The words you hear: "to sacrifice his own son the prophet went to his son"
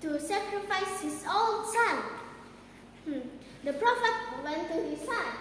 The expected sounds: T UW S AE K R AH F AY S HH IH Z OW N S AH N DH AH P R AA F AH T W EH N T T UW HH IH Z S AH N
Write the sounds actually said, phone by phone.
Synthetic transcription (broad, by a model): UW S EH K R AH F AY S HH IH S OW L S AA N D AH P R AA F AH T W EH N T T UW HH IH S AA N